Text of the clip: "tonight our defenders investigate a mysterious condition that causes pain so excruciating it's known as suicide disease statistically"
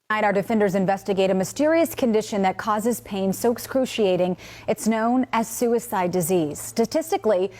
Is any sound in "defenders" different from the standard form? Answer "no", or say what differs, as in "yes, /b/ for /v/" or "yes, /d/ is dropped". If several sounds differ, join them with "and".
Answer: no